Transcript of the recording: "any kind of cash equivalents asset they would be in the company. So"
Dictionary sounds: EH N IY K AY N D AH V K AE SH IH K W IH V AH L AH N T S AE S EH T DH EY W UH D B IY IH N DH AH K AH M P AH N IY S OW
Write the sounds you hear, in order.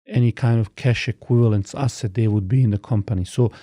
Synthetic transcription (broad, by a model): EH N IY K AY N D AH V K AE SH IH K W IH V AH L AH N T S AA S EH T DH EY W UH D B IY IH N DH AH K AH M P AH N IY S OW